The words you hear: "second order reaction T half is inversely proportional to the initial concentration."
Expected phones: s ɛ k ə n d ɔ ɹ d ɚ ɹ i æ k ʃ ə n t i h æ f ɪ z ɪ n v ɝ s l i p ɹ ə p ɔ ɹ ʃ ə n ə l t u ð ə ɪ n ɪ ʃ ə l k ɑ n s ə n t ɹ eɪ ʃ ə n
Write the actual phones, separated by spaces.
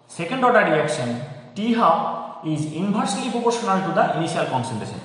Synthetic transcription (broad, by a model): s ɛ k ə n d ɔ ɹ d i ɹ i k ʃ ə n t i h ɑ ɪ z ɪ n b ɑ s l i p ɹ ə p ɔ ɹ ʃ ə n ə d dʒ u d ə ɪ n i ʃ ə l k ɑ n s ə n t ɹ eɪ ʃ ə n